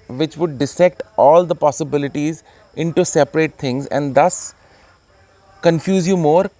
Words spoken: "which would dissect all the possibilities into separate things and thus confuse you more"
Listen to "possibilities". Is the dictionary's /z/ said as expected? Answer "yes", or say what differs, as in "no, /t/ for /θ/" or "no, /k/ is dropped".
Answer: yes